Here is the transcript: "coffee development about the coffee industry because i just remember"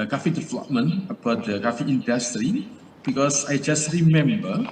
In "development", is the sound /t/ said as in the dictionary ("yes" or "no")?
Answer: no